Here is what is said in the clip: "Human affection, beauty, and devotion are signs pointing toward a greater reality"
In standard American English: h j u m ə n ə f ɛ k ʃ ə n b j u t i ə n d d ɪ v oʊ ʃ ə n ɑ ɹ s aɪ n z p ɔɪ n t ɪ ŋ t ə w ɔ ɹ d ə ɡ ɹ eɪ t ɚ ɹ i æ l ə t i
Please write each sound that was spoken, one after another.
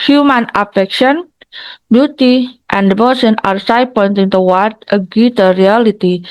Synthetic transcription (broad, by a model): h j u m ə n ə f ɛ k ʃ ə n b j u t i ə n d d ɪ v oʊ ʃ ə n ɑ ɹ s aɪ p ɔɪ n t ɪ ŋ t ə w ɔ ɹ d ə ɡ u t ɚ ɹ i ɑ l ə t i